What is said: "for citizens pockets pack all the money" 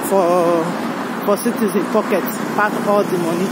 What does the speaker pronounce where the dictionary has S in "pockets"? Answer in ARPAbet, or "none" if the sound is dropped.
none